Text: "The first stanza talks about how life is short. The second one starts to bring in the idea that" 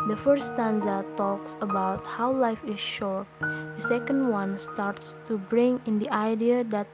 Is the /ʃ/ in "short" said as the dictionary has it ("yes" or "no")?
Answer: yes